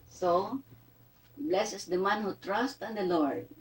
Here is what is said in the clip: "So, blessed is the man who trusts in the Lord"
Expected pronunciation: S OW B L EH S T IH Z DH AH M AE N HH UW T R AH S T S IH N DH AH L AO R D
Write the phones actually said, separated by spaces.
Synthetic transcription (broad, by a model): S OW B L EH S IH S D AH M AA N HH UW T R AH S T IH N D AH L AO R D